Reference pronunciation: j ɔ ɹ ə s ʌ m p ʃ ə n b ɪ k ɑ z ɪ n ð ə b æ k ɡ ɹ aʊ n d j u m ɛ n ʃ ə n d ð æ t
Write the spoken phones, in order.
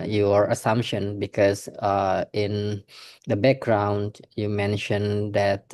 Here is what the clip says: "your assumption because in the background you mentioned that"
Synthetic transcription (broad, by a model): j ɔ ɹ ə s ʌ m p ʃ ə n b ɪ k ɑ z ɪ n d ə b æ k ɡ ɹ aʊ n d j u m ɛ n ʃ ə n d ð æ t